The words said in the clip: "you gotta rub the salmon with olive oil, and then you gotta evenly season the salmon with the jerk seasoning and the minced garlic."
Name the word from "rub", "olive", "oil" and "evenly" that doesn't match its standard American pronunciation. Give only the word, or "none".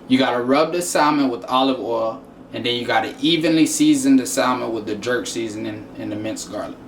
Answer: none